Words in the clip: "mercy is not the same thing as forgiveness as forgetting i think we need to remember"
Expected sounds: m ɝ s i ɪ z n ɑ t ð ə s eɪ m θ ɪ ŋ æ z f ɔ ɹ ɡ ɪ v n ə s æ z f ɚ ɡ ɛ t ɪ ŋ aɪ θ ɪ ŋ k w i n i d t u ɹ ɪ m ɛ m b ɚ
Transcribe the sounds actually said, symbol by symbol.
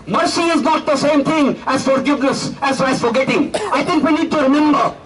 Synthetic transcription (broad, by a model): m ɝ s i ɪ z n ɑ t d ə s eɪ m t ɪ ŋ æ z f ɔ ɹ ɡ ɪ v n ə s æ z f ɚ ɡ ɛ t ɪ ŋ aɪ t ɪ ŋ k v i n i d t u ɹ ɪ m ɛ m b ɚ